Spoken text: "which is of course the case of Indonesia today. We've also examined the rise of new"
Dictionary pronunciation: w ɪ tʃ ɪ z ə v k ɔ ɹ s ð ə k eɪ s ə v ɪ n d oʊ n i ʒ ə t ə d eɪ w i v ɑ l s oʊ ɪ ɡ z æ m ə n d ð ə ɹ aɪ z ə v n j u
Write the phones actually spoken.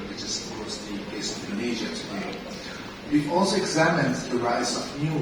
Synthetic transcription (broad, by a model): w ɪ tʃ ɪ z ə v k ɔ ɹ s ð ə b eɪ ə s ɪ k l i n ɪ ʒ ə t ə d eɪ w i v ɑ l s oʊ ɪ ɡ z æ m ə n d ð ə ɹ aɪ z ə v n j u